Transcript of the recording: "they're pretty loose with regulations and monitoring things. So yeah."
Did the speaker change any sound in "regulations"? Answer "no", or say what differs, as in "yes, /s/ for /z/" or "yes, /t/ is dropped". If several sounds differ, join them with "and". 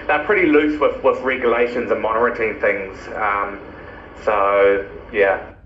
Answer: no